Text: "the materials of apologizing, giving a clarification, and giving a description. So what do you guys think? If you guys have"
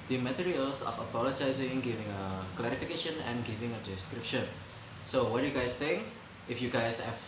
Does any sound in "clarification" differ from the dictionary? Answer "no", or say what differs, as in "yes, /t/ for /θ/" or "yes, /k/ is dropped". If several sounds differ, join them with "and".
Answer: no